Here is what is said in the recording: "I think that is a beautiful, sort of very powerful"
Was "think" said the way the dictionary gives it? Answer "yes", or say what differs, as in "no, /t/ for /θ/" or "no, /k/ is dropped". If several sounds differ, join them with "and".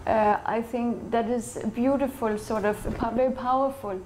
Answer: yes